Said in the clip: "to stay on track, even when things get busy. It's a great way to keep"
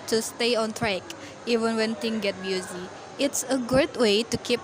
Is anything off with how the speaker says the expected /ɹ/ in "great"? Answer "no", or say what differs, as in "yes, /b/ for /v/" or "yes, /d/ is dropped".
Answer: yes, /ɹ/ is dropped